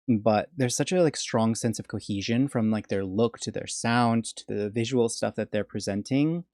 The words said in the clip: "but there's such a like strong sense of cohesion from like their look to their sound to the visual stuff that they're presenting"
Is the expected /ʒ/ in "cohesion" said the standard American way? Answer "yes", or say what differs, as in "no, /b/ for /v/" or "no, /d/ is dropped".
yes